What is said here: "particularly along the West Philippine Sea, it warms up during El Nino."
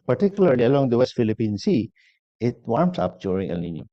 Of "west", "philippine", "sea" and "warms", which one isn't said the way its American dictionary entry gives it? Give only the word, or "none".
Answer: warms